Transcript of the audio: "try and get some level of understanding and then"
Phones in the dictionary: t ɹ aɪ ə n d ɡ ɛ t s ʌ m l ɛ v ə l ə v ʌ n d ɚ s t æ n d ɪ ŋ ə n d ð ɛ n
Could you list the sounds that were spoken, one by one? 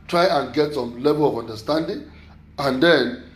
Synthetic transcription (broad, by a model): t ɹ aɪ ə n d ɡ ɛ t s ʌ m l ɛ b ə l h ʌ n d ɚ s t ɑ n d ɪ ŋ ə n d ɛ n